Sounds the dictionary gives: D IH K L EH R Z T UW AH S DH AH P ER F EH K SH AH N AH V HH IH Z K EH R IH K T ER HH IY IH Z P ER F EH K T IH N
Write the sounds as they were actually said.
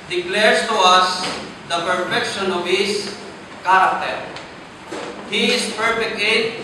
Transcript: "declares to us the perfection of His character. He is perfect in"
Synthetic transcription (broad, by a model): D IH K L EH R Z T UW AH S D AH P ER F EH K SH AH N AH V HH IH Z K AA R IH K T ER HH IY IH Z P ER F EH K IH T